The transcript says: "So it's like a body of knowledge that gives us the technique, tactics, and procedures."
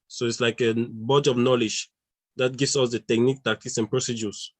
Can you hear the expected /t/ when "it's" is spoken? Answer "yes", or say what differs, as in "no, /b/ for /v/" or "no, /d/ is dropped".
yes